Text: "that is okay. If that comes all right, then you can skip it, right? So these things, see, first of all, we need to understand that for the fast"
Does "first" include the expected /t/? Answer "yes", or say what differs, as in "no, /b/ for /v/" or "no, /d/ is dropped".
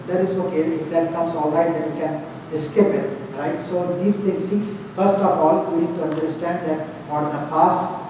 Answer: yes